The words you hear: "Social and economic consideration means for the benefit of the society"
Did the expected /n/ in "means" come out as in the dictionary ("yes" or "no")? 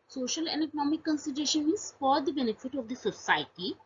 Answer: no